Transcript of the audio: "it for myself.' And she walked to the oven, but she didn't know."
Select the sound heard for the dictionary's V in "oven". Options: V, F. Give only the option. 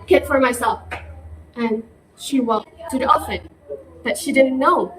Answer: F